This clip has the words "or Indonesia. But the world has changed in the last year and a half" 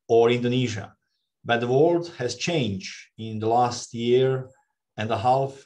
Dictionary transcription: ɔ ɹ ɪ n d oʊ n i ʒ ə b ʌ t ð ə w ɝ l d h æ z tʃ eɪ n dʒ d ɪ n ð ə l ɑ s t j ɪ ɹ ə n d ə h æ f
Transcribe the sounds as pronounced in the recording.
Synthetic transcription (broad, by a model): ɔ ɹ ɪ n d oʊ n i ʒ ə b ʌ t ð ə w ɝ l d h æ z tʃ eɪ n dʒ ɪ n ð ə l ɑ s t j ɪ ɹ ə n d ə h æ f